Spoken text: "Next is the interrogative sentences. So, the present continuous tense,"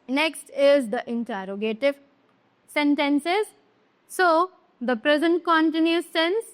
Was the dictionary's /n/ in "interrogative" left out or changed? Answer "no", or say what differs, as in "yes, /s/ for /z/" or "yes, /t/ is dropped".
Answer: no